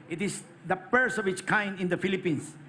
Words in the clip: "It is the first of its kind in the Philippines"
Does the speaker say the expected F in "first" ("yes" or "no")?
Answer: no